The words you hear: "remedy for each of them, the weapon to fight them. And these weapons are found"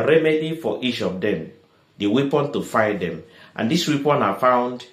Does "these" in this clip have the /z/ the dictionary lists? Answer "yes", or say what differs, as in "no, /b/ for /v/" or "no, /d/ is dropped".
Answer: no, /s/ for /z/